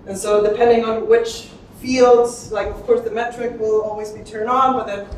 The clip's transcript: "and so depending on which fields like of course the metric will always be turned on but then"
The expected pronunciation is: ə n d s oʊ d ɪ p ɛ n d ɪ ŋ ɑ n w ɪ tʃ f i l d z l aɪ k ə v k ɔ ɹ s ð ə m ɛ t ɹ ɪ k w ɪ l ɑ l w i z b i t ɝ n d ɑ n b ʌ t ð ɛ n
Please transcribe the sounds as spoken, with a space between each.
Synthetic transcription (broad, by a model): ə n s oʊ d ɪ p ɛ n d ɪ ŋ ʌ n w ɪ tʃ f i l d z l aɪ k ə v k ɔ ɹ s ð ə m ɛ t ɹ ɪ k w ɪ l ɑ l w i z b i t ɝ n d n b ʌ t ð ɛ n